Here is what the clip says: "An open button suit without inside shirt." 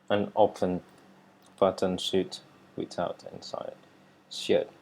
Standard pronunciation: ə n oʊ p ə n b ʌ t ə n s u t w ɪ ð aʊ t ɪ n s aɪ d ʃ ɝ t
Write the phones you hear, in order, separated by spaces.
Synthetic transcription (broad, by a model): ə n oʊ f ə n b ʌ t ə n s u t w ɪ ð aʊ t ɪ n s aɪ d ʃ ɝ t